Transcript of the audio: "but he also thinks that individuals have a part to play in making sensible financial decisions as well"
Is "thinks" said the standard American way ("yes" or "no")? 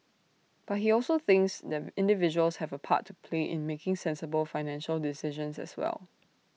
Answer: yes